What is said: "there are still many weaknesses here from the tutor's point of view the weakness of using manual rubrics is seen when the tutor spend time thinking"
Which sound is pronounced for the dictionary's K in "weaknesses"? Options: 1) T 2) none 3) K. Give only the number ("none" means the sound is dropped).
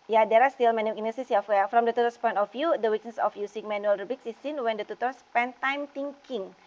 2